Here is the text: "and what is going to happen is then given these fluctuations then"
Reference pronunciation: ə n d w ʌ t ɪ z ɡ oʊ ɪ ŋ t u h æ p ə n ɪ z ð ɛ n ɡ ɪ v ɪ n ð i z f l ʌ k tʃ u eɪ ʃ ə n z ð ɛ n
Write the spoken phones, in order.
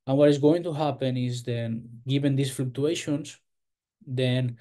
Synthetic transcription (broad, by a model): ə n w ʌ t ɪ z ɡ oʊ ɪ ŋ t u h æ p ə n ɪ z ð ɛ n ɡ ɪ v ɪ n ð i s f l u k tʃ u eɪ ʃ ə n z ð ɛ n